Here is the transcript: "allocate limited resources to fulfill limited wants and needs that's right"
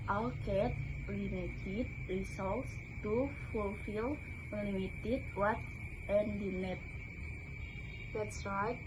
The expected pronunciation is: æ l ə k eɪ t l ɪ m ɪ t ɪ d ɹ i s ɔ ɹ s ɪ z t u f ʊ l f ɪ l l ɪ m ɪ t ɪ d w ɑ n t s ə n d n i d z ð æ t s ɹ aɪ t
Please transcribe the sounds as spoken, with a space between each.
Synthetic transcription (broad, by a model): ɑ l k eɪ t l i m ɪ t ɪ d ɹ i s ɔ l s t u f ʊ l f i l l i m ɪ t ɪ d w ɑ t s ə n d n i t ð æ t s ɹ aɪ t